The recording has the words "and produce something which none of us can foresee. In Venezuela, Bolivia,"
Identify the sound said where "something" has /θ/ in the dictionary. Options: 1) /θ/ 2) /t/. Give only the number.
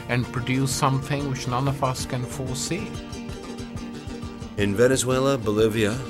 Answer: 1